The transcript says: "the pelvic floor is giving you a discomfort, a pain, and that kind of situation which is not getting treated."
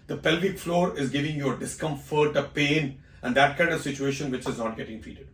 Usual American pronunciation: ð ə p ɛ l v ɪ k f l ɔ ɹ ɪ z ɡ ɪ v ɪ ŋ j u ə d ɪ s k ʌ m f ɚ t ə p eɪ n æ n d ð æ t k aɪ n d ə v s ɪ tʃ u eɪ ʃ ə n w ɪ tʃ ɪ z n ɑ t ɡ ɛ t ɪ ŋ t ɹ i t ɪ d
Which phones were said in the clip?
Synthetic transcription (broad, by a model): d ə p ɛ l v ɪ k f l ɔ ɹ ɪ z ɡ ɪ v ɪ ŋ j u ə d ɪ s k ʌ m f ɚ t ə p eɪ n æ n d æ t k aɪ n d ə v s ɪ tʃ u eɪ ʃ ə n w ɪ tʃ ɪ z n ɑ t ɡ ɛ t ɪ ŋ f i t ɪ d